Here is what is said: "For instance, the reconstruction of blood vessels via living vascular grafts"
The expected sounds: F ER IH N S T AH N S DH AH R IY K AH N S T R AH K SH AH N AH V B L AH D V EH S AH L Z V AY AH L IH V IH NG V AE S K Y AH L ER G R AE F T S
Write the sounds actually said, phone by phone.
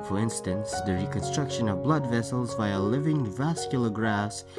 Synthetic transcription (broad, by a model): F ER IH N S T AH N S DH AH R IY K AH N S T R AH K SH AH N AH V B L AH D V EH S AH L Z V AY AH L IH V IH NG V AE S K Y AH L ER G R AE S